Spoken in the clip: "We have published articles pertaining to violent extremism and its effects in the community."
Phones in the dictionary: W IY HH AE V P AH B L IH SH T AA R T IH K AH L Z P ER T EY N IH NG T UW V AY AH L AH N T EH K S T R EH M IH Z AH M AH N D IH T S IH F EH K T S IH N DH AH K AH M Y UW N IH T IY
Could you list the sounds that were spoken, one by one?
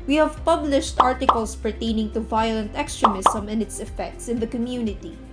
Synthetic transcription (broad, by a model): W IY HH AE V P AH B L IH SH T AA R T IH K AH L S P ER T EY N IH NG T UW V AY AH L AH N T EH K S T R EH M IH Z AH M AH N IH T S IH F EH K T S IH N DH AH K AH M Y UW N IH T IY